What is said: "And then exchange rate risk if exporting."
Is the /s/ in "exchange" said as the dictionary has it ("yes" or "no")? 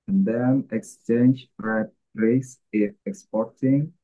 yes